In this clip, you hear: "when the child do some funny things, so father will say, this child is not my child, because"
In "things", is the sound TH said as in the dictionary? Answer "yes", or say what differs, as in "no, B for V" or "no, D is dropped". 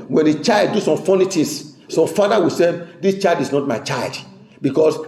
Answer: no, T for TH